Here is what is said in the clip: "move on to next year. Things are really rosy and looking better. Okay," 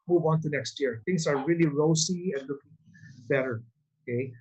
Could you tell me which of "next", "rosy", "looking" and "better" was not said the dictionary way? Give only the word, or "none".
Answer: rosy